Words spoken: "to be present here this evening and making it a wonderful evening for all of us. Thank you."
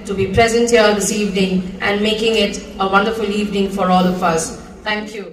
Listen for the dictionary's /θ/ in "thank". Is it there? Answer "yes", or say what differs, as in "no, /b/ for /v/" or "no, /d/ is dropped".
no, /t/ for /θ/